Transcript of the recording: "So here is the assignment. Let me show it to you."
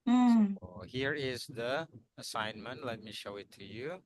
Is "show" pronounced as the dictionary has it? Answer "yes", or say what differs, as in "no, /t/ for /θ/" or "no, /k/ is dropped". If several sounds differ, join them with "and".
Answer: yes